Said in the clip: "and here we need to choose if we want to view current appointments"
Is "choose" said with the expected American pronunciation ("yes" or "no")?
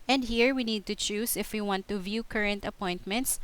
no